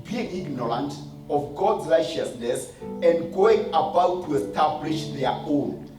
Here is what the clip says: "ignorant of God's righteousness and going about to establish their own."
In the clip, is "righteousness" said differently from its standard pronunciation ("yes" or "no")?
no